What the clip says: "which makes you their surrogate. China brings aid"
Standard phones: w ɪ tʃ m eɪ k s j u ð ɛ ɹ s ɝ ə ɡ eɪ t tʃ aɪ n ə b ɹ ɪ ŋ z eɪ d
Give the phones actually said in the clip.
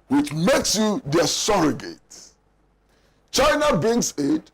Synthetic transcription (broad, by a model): w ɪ tʃ m eɪ k s j u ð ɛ s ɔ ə ɡ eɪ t tʃ aɪ n ə b ɪ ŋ s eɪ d